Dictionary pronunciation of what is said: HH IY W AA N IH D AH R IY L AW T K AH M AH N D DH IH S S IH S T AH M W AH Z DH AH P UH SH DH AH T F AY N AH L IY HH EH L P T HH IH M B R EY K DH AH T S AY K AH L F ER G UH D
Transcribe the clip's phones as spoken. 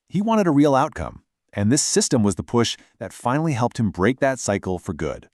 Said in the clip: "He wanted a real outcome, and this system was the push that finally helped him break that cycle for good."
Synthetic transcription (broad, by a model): HH IY W AA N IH D AH R IY L AW T K AH M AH N DH IH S S IH S T AH M W AH Z DH AH P UH SH DH AH T F AY N L IY HH EH L P T HH IH M B R EY K DH AH T S AY K L F ER G UH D